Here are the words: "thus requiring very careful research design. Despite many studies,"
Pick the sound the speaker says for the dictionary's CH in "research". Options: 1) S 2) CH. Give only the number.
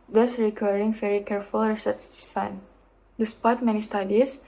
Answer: 1